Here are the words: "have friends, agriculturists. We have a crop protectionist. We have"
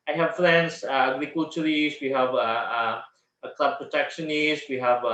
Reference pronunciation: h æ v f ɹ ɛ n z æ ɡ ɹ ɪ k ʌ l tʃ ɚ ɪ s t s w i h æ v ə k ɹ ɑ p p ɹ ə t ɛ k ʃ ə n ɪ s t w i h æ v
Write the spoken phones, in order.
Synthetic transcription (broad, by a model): h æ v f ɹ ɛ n s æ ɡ ɹ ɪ k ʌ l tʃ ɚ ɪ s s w i h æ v ə k l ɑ b p ɹ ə t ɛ k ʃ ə n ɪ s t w i h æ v